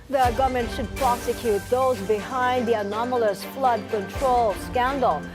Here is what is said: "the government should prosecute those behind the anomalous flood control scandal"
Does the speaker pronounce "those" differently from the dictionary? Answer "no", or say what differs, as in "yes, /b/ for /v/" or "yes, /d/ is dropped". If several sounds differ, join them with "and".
no